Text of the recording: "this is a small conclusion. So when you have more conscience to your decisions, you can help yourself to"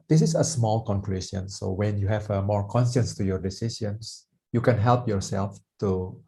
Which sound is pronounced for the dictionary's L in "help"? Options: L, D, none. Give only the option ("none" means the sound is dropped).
L